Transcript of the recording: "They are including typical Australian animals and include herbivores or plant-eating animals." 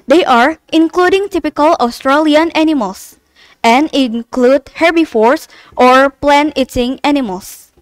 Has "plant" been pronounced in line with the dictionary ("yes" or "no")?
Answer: no